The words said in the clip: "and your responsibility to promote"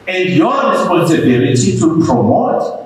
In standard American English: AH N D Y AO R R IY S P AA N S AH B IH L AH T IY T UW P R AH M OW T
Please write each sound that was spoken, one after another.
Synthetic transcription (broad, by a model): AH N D Y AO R R IY S P AA N S AH B IH L AH T IY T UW P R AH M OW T